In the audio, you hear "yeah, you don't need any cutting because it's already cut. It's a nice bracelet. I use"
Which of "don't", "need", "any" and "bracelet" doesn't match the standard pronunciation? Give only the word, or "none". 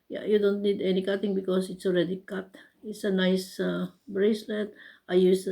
none